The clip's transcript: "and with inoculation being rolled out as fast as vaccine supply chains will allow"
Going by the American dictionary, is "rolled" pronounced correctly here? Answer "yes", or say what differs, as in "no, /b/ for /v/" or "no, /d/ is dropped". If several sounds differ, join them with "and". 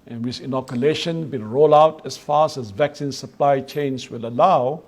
no, /d/ is dropped